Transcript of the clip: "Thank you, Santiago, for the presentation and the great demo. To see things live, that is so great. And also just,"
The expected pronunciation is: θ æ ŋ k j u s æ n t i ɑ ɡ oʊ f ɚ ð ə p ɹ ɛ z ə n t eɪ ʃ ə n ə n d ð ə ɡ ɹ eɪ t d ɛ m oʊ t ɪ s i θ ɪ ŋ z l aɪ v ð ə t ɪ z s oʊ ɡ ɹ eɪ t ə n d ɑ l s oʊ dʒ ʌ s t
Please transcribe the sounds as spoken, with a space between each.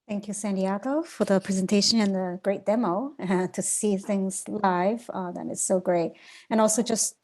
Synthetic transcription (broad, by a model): θ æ ŋ k j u s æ n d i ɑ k oʊ f ɚ ð ə p ɹ ɛ z ə n t eɪ ʃ ə n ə n ð ə ɡ ɹ eɪ t d ɛ m oʊ t ɪ s i θ ɪ ŋ z l aɪ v ð ə t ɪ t s oʊ ɡ ɹ eɪ t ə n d ɑ l s oʊ dʒ ʌ s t